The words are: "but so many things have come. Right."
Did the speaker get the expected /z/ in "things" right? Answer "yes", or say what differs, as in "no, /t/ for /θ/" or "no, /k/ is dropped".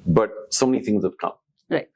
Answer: yes